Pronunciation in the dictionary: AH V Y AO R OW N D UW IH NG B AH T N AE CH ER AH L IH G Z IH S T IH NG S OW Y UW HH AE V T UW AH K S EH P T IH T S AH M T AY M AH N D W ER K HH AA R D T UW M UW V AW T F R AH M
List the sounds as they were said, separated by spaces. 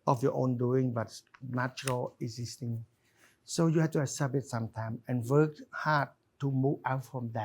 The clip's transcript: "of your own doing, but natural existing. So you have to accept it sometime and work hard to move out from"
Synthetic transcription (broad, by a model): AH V Y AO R OW N D UW IH NG B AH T N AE CH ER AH L IH G Z IH S T IH NG S OW Y UW HH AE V T UW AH S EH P IH T S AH M T AY M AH N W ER K HH AA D T UW M UW V AW T F R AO M